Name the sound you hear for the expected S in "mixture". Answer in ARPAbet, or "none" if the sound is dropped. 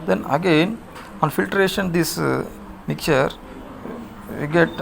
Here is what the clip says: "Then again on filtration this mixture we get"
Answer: none